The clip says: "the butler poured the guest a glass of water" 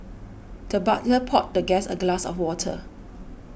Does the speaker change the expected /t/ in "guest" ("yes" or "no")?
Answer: yes